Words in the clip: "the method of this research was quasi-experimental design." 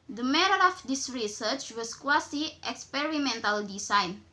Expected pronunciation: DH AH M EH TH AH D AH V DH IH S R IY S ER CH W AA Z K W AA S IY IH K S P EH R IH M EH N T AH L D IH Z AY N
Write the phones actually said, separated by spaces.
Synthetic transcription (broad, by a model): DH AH M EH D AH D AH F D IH S R IY S ER CH W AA S K W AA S IY IH K S P EH R IH M EH N T AH L D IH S AY N